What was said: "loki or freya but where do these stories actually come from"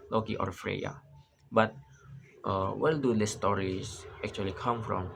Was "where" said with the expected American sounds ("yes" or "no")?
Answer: no